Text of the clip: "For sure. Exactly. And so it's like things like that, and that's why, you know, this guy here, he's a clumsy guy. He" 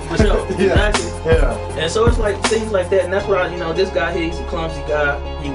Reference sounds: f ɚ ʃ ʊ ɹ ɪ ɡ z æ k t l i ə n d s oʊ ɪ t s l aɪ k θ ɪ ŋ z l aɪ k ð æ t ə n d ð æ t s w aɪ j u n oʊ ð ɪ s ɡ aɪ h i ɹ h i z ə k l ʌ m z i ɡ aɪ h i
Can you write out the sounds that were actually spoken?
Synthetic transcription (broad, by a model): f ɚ s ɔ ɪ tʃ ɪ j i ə n s oʊ ɪ t s l aɪ k θ ɪ ŋ z l aɪ k ð æ t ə n ð æ t s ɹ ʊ j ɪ n oʊ ð ɪ s ɡ aɪ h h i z ə k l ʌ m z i ɡ aɪ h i